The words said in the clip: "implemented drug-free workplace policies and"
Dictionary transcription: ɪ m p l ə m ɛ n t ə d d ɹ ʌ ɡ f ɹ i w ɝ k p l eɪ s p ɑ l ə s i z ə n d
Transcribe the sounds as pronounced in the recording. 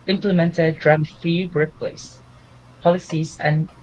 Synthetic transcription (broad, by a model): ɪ m p l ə m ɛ n t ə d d ɹ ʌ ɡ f i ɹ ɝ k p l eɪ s p ɑ l ə s i z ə n